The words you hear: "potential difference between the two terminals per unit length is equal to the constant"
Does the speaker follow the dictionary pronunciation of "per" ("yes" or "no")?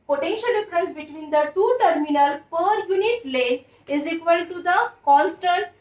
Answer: yes